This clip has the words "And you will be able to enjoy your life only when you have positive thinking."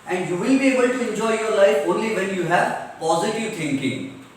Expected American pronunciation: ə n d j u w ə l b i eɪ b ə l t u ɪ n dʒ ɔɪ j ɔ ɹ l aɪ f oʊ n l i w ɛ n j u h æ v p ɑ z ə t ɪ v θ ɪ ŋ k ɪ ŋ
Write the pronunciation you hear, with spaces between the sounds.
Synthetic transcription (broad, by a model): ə n d j u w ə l b i eɪ b ə l t u ɪ n dʒ ɔɪ j ɔ ɹ l aɪ f oʊ n l i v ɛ n j u h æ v p ɑ z ə t ɪ v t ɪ ŋ k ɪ ŋ